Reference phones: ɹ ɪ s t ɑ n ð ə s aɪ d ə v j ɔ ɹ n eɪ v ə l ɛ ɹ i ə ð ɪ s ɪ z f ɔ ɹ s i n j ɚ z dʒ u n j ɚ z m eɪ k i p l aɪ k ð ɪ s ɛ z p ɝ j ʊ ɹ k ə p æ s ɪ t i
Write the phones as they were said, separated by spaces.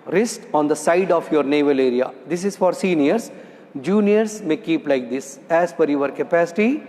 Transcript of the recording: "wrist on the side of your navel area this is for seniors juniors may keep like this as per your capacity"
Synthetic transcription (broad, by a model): ɹ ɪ s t ɑ n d ə s aɪ d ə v j ɔ ɹ n eɪ v ə l ɛ ɹ i ə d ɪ s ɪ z f ɔ ɹ s i n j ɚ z dʒ u n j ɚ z m eɪ k i p l aɪ k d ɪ s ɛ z f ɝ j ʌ ɹ k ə p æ s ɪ t i